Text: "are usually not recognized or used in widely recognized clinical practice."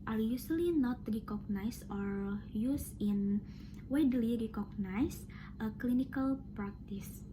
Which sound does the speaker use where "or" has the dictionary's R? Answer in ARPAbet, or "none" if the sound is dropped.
R